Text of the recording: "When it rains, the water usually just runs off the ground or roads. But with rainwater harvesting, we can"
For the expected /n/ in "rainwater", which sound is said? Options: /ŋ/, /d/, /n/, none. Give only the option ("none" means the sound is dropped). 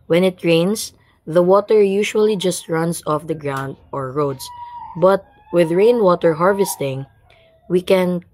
/n/